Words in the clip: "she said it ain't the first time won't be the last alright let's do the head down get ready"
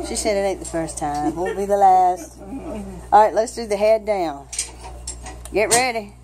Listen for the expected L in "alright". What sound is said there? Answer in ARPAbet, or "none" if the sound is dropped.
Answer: none